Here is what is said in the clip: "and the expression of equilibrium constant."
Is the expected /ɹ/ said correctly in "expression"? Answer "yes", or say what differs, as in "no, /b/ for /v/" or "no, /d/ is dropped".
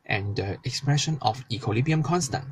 yes